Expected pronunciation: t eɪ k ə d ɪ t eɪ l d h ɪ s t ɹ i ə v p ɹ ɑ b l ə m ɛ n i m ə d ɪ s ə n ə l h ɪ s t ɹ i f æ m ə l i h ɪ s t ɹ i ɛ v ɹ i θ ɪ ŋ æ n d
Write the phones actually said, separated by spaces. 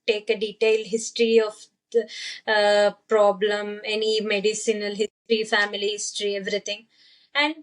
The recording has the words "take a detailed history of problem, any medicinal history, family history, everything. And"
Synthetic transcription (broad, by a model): t eɪ k ə d ɪ t eɪ l d h ɪ s t ɹ i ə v p ɹ ɑ b l ə m ɛ n i m ə d ɪ s ə n ə l h ɪ s t ɹ i f æ m ə l i h ɪ s t ɹ i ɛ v ɹ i t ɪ ŋ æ n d